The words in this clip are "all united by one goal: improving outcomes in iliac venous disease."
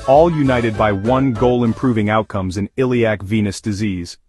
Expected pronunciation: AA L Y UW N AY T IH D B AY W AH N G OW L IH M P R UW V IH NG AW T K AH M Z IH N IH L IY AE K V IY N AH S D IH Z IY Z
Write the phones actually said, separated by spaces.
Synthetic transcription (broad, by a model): AA L Y UW N AY T IH D B AY W AH N G OW L IH M P R UW V IH NG AW T K AH M Z IH N IH L IY AE K V IY N AH S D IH Z IY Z